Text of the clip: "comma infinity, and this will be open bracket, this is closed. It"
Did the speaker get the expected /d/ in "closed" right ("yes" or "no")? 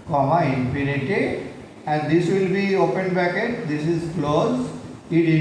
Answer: no